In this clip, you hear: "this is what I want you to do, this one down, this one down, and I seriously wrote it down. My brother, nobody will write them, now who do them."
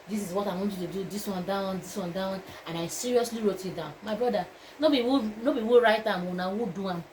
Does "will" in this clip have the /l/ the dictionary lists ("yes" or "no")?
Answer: no